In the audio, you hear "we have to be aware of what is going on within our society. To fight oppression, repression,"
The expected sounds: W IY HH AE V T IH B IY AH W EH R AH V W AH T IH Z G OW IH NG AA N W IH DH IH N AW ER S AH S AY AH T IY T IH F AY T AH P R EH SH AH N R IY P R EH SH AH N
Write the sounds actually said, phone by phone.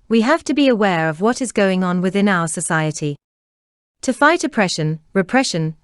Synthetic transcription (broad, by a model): W IY HH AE F T IH B IY AH W EH R AH V W AH T IH Z G OW IH NG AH N W IH DH IH N AW ER S AH S AY AH T IY T IH F AY T AH P R EH SH AH N R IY P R EH SH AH N